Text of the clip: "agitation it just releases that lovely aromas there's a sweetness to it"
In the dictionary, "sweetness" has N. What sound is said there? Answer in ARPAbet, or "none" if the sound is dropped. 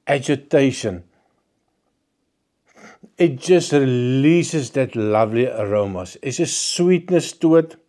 N